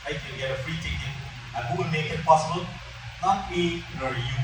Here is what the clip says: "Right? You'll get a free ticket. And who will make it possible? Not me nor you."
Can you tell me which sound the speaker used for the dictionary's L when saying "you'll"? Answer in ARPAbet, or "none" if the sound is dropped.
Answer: N